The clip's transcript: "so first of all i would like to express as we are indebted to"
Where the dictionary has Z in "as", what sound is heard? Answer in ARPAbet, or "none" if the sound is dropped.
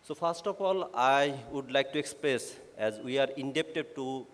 Z